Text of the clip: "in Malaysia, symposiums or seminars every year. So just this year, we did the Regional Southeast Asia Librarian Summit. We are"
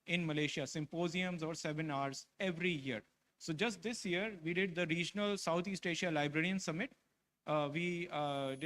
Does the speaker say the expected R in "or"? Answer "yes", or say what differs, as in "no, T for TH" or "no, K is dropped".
yes